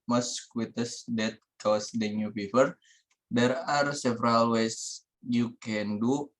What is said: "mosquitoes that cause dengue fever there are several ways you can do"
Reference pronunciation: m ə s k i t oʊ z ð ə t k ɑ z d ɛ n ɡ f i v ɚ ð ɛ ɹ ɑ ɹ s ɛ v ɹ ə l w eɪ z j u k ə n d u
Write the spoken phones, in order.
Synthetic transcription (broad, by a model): m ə s k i t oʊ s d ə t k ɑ s d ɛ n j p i p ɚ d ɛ ɹ ɑ ɹ s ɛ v ɹ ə l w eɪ s j u k ə n d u